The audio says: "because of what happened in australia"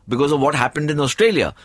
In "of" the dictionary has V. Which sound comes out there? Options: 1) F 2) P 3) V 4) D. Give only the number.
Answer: 3